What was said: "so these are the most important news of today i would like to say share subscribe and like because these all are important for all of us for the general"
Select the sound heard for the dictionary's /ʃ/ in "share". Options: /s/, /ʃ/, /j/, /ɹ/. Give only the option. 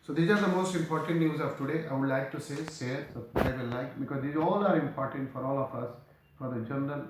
/s/